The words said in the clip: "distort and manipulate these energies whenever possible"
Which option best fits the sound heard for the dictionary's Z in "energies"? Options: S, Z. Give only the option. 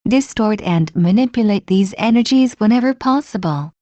Z